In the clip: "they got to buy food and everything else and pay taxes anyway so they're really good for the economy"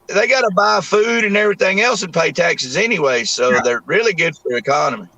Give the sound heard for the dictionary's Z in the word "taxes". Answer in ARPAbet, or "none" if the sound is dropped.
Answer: Z